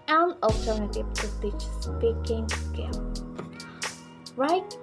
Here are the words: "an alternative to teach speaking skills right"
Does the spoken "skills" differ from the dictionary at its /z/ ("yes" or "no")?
yes